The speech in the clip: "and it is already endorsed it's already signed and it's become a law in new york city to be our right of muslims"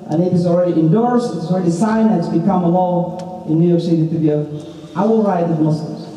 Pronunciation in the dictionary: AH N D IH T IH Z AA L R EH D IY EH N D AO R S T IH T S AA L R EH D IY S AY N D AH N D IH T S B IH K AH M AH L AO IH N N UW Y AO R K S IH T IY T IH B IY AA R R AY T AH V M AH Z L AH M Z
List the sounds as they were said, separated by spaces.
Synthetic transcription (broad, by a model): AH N IH T IH Z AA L R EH D IY EH N D AO R S T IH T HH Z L R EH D IY S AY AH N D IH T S B IH K AH M AH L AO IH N N UW Y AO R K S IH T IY T IH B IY AA L R AY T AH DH M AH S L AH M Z